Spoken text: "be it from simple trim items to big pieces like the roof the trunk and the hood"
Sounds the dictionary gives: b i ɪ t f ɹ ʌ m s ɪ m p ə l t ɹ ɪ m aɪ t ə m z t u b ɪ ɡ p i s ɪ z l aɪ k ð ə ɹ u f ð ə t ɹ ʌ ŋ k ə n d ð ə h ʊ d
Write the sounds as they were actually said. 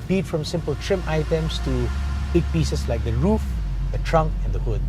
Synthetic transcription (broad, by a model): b i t f ɹ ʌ m s ɪ m p ə l t ɹ ɪ m aɪ t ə m s t u b ɪ ɡ p i s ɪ s l aɪ k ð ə ɹ u f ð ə t ɹ ʌ ŋ k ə n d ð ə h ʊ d